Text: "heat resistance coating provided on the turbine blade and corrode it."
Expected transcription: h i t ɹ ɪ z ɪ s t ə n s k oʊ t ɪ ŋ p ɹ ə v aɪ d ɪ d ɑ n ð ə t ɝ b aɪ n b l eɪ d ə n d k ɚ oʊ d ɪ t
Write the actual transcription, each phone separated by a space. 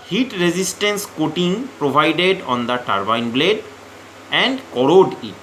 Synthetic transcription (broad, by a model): h i t ɹ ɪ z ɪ s t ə n s k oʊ t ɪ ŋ p ɹ ə v aɪ d ɪ d ɑ n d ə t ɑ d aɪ n b l eɪ d ə n d k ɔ oʊ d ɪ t